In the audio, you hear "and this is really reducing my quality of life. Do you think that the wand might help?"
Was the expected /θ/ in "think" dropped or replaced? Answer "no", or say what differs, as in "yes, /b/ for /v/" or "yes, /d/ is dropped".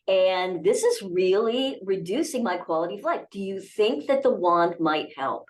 no